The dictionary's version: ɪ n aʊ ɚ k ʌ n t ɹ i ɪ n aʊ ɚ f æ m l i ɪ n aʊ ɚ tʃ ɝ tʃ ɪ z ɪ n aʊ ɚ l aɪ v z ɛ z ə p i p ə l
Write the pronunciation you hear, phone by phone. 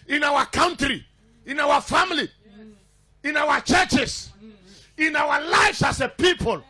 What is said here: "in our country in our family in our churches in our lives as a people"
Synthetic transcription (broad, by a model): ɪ n aʊ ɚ k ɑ n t ɹ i ɪ n aʊ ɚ f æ m l i ɪ n aʊ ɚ tʃ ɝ tʃ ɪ s ɪ n aʊ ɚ l aɪ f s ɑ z ə p i p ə l